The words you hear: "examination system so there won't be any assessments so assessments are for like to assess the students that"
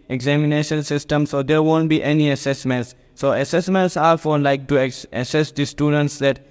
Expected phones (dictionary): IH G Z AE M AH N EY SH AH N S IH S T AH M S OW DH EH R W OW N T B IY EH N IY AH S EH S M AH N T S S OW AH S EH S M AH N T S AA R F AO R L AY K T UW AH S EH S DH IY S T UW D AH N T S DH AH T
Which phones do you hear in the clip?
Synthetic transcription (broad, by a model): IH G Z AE M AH N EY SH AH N S IH S T AH M S OW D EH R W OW N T B IY EH N IY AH S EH S M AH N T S S OW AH S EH S M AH N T S AA R F AO R L AY K T UW AH S EH S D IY S T UW D AH N T S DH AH T